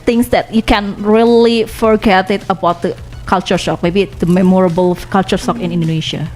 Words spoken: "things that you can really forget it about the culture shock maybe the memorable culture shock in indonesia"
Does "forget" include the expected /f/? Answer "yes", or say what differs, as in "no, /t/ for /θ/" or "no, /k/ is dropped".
yes